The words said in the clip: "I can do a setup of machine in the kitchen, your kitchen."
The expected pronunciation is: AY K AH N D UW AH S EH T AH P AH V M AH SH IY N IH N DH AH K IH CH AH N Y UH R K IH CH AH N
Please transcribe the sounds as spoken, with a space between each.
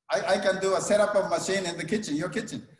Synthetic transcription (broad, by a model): AY K AH N D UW AH S EH T AH P AH V M AH SH IY N IH N DH AH K IH CH AH N Y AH R K IH CH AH N